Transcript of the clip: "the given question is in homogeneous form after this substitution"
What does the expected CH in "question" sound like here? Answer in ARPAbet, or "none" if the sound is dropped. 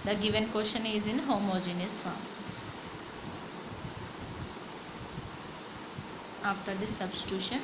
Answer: SH